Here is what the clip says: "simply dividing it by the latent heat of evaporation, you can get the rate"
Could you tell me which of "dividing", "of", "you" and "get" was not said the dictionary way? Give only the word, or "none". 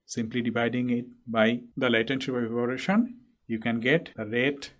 of